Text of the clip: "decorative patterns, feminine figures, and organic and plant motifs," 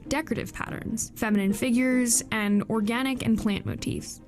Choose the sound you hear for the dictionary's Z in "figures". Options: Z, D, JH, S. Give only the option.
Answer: Z